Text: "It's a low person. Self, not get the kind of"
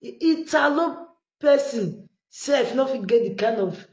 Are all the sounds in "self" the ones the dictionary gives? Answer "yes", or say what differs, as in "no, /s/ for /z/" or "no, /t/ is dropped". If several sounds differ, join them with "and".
no, /l/ is dropped